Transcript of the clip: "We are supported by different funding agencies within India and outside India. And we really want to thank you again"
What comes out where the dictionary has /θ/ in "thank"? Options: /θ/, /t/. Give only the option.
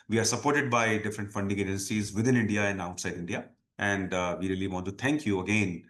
/t/